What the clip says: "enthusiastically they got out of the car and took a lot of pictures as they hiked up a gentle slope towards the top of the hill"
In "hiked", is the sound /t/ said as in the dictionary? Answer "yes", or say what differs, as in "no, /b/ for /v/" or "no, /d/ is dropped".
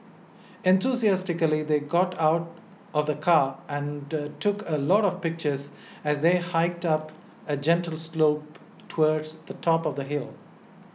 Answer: yes